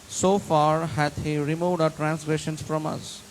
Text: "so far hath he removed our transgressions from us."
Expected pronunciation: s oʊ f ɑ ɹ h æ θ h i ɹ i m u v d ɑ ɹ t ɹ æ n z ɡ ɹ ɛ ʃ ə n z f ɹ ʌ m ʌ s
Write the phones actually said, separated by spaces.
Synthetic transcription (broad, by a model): s oʊ f ɑ ɹ h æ t h i ɹ i m u v d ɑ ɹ t ɹ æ n s ɡ ɹ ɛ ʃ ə n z f ɹ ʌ m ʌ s